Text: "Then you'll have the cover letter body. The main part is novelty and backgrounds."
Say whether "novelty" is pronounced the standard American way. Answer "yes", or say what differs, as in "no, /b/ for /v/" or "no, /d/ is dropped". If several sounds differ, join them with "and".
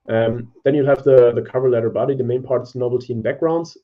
no, /v/ is dropped